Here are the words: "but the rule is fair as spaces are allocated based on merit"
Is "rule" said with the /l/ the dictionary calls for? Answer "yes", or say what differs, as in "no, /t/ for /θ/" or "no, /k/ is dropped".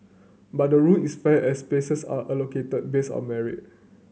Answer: no, /n/ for /l/